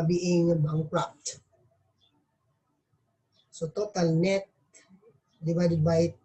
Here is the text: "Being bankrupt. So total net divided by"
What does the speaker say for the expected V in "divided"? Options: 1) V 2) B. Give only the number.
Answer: 2